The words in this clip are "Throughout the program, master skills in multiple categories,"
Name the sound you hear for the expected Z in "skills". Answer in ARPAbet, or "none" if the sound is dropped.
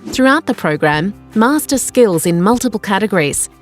Z